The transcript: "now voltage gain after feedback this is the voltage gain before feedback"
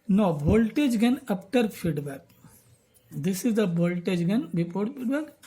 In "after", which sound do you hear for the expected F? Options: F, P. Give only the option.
P